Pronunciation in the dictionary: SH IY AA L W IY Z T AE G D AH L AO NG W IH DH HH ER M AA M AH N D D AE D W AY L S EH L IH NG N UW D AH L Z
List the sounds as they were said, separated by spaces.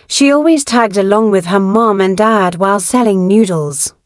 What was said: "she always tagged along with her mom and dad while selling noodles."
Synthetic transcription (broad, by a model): SH IY AA L W IY Z T AE G D AH L AO NG W IH DH ER M AA M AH N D D AE D W AY L S EH L IH NG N UW D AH L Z